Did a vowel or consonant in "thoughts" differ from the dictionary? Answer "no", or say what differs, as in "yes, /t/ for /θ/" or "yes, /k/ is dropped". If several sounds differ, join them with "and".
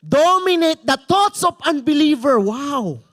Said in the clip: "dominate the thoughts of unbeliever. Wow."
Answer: yes, /t/ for /θ/